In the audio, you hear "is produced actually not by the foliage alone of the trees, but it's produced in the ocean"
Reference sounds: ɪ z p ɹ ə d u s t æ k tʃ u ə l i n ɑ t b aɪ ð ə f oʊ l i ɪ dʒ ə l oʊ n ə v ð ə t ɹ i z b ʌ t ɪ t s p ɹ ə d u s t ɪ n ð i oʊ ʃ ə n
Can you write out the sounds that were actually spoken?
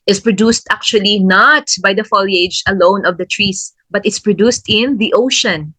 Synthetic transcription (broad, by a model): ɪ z p ɹ ə d u s t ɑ k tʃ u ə l i n ɑ t b aɪ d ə f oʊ l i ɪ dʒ ə l oʊ n ə v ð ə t ɹ i s b ʌ t ɪ t s p ɹ ə d u s t ɪ n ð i oʊ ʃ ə n